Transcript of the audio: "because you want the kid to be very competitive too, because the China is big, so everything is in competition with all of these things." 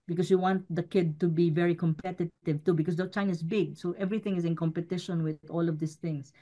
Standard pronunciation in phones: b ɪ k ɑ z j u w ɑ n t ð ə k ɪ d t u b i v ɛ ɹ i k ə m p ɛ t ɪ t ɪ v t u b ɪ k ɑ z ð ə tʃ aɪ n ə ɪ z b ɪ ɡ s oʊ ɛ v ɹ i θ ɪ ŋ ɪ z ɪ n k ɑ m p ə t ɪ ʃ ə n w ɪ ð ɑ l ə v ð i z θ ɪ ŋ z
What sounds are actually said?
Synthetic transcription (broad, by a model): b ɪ k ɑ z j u w ɑ n t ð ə k ɪ d t u b i v ɛ ɹ i k ə m p ɛ t ɪ t ɪ v t u b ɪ k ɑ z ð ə tʃ aɪ n ə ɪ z b ɪ ɡ s oʊ ɛ v ɹ i θ ɪ ŋ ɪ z ɪ n k ɑ m p ə t ɪ ʃ ə n w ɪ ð ɑ l ə v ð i s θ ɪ ŋ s